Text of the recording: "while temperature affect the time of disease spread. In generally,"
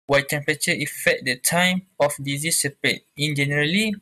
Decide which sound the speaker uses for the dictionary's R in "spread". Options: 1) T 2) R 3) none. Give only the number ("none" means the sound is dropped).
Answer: 3